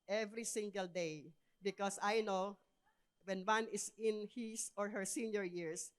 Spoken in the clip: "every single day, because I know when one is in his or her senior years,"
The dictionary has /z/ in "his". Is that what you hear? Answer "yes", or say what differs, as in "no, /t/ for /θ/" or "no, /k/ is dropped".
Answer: no, /s/ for /z/